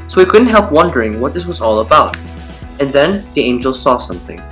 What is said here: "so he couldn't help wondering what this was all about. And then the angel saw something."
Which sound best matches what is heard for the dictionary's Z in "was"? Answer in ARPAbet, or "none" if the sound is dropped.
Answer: Z